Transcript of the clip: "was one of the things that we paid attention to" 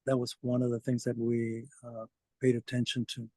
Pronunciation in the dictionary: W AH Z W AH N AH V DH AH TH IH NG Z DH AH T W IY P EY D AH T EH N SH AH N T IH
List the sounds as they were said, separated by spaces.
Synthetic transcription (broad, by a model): W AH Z W AH N AH V DH AH TH IH NG Z DH AH T W IY P EY D AH T EH N SH AH N T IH